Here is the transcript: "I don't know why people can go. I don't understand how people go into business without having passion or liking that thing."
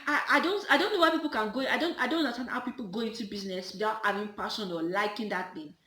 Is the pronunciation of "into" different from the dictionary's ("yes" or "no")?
no